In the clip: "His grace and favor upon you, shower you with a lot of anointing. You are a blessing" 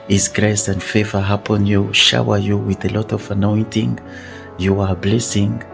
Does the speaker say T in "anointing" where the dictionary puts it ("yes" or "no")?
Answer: yes